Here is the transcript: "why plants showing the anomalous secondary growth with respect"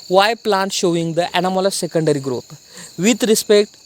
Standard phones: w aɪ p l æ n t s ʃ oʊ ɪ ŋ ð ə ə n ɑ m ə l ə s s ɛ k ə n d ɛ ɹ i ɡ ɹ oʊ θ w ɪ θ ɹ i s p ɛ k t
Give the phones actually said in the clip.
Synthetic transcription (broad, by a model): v aɪ p l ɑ n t ʃ oʊ ɪ ŋ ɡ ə ə n ɑ m ə l ə s s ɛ k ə n d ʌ ɹ i ɡ ɹ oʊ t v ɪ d ɹ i s p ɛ k t